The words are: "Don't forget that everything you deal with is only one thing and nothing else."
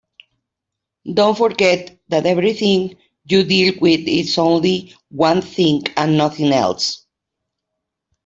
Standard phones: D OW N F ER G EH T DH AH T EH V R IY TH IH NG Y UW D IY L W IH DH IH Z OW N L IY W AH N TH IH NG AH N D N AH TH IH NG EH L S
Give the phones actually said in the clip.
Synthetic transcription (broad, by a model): D OW N F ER G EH T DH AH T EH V R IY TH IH NG Y UW D IY L W IH DH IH S OW N L IY W AH N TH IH NG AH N N AH TH IH NG EH L S